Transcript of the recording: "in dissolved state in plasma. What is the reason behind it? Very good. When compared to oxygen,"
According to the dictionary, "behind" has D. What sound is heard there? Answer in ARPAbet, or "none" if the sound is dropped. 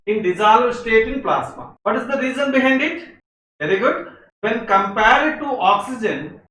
D